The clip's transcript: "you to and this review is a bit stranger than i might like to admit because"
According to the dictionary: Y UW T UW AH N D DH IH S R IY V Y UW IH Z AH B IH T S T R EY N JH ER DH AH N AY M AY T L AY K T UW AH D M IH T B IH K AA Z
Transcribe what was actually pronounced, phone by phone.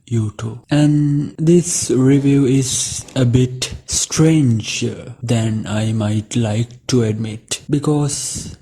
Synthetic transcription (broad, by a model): Y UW T UW AH N D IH S R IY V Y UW IH Z AH B IH T S T R EY N JH ER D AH N AY M AY T L AY K T UW AH D M IH T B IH K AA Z